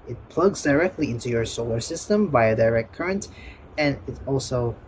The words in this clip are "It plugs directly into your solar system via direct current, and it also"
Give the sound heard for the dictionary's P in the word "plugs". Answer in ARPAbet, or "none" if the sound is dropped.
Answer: P